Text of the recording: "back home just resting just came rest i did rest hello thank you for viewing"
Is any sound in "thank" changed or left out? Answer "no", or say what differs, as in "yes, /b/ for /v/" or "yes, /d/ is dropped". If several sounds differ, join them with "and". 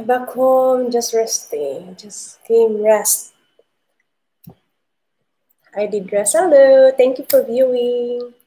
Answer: yes, /t/ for /θ/